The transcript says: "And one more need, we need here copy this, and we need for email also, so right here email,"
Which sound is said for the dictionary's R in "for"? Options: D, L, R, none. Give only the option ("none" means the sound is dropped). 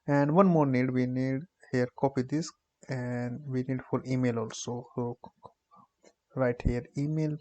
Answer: L